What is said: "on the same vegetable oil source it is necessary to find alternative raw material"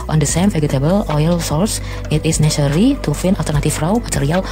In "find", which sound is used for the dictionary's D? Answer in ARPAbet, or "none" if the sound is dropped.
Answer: none